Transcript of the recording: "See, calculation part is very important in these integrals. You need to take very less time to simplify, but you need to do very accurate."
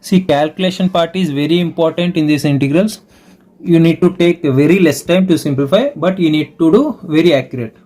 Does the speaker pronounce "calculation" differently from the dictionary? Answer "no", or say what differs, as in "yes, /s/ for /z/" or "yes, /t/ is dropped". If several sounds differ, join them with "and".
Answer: no